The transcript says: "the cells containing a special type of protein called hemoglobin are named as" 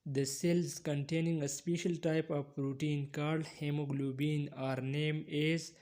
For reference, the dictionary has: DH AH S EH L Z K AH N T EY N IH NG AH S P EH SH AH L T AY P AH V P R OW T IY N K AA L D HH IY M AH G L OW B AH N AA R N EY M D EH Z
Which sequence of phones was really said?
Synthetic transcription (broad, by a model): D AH S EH L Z K AH N T EY N IH NG AH S P EH SH AH L T AY P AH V R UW T IY N K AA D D HH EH M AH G L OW B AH N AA R N EY M IH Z